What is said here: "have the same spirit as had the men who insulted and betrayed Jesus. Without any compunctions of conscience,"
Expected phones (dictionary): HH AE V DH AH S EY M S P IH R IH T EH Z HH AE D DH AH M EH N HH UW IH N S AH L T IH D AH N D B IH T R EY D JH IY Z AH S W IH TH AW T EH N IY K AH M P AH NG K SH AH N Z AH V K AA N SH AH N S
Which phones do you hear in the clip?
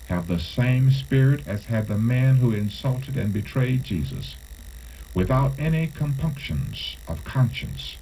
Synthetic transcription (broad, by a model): HH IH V DH AH S EY M S P IH R IH T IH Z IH D DH AH M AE N HH UW IH N S AH L T IH D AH N B IH T R EY D JH IY Z AH S W IH TH AW T EH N IY K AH M P AH NG K SH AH N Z AH V K AA N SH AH N S